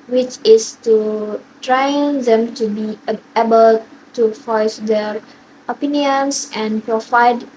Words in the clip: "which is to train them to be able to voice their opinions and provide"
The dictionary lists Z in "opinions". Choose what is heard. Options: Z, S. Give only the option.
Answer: S